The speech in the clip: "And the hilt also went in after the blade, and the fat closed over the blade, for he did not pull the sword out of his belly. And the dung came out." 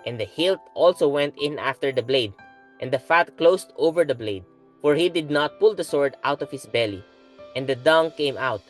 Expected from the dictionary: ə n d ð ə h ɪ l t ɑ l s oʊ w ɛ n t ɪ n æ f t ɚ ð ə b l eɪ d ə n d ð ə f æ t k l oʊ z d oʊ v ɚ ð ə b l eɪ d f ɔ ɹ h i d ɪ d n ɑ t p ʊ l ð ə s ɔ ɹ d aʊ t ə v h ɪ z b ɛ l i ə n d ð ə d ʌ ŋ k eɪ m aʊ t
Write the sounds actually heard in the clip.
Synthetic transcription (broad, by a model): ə n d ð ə h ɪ l t ɑ l s oʊ w ɛ n t ɪ n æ f t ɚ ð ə b l eɪ d ə n d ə f æ t k l oʊ s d oʊ v ɚ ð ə b l eɪ d f ɔ ɹ h i d ɪ d n ɑ t p ʊ l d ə s ɔ ɹ d aʊ t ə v h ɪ s b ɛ l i ə n d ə d ʌ ŋ k eɪ m aʊ t